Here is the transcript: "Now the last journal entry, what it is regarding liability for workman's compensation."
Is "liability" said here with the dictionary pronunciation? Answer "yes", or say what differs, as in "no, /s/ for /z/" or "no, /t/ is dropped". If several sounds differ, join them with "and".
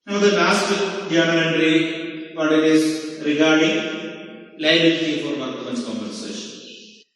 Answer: no, /b/ is dropped